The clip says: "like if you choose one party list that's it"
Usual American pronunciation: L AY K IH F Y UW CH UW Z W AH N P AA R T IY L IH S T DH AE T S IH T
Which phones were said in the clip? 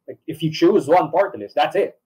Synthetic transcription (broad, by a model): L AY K IH F Y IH CH UW Z W AH N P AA R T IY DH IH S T DH AE T S IH T